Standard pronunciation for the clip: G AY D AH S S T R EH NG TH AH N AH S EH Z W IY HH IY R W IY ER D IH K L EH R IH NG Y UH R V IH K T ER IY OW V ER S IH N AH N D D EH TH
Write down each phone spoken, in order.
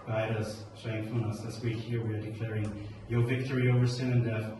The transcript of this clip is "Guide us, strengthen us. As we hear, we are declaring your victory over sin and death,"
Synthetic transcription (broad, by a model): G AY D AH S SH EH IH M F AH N AH S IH S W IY HH IY R W IY ER D IH K L EH R IH NG Y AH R V IH K T ER IY OW V ER S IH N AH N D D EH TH